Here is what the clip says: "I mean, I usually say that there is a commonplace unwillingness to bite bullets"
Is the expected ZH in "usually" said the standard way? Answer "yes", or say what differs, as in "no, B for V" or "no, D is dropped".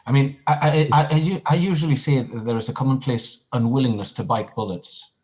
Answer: yes